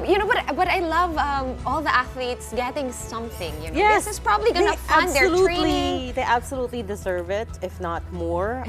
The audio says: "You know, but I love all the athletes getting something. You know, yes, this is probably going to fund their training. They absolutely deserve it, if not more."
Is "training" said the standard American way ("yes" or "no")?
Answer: no